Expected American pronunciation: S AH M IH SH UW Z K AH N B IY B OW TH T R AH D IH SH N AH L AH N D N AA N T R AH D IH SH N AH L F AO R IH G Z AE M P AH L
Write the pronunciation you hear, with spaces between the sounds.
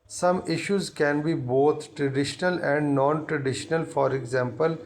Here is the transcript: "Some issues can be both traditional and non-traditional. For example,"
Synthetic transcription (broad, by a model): S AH M IH SH UW Z K AH N B IY B OW T T R AH D IH SH N AH L AH N D N AA N T R AH D IH SH N AH L F AO R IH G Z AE M P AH L